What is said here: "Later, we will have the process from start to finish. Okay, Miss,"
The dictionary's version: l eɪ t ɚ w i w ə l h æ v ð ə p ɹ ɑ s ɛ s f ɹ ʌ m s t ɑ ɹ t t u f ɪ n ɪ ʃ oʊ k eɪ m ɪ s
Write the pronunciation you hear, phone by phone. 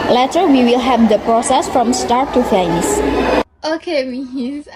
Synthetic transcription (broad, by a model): l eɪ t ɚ w i w ə l h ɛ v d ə p ɹ ɑ s ɛ s f ɹ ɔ m s t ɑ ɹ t t u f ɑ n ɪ s oʊ k eɪ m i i